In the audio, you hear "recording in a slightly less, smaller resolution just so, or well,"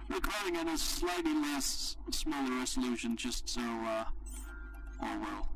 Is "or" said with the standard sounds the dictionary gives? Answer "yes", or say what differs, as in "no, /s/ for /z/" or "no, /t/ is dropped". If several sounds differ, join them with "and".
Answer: no, /l/ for /ɹ/